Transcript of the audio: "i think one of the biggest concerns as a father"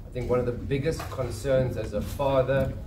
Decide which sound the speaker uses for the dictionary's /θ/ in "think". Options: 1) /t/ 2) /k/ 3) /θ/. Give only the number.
3